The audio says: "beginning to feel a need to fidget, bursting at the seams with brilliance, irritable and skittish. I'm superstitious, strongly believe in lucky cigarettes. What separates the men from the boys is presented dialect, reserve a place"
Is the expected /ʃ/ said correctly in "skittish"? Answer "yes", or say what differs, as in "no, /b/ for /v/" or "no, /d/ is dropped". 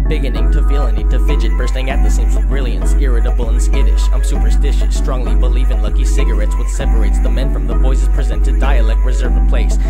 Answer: no, /s/ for /ʃ/